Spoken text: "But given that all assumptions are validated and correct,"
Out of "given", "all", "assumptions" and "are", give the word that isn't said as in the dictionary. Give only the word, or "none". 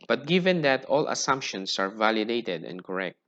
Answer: assumptions